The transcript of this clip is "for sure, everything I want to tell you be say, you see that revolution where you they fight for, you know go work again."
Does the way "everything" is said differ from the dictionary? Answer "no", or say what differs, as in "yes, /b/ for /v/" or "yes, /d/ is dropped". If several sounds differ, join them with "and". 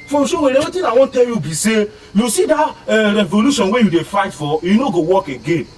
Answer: yes, /v/ is dropped